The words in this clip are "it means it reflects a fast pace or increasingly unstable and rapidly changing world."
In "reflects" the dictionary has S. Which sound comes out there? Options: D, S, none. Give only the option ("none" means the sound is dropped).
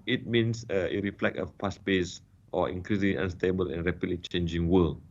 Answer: none